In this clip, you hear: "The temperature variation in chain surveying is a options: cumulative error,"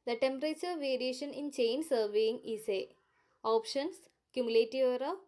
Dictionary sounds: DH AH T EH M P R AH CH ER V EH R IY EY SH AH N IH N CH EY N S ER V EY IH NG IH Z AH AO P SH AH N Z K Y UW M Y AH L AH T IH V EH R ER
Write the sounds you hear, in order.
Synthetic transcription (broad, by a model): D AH T EH M P R AH CH ER V EH R IY EY SH AH N IH N CH EY N S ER V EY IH NG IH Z AH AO P SH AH N S K Y UW M Y AH L AH T IH V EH R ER